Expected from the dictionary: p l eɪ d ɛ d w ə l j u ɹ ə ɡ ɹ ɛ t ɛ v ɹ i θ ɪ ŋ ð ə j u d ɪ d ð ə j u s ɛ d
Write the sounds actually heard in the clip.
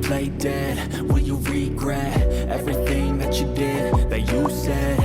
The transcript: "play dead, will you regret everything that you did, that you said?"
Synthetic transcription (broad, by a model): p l eɪ d ɛ d w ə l j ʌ ɹ ə ɡ ɹ ɛ t ɛ v ɹ i θ ɪ ŋ ð ə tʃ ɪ d ɪ d ð ə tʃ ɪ s ɛ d